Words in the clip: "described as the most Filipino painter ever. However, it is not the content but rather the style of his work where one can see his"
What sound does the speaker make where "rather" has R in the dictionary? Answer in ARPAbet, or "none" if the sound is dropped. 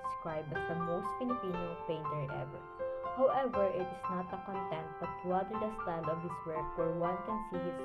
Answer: L